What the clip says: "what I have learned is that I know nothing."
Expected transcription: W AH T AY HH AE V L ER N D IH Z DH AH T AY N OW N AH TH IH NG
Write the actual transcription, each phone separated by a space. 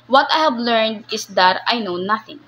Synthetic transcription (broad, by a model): W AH T AY HH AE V L ER N D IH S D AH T AY N OW N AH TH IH NG